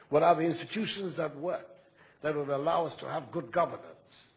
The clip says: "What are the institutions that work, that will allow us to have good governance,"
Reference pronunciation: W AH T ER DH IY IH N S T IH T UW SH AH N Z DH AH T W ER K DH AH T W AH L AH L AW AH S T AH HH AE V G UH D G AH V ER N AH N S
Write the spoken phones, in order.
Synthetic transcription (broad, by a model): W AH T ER DH IY IH N S T IH T UW SH AH N Z DH AH T W ER K DH AH T W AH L AH L AW AH S T AH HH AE V G UH D G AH V ER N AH N S